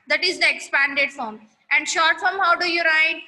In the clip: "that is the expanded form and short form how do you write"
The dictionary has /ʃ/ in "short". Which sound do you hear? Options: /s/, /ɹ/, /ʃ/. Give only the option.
/ʃ/